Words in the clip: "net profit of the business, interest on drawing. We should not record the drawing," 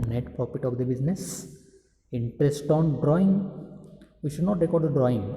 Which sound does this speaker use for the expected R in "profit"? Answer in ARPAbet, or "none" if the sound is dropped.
none